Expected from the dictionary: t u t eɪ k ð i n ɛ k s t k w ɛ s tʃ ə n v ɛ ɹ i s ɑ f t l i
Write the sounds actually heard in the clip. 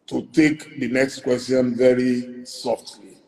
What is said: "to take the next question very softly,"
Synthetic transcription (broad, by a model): t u t eɪ k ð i n ɛ k s t k w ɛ s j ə n v ɛ ɹ i s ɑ f t l i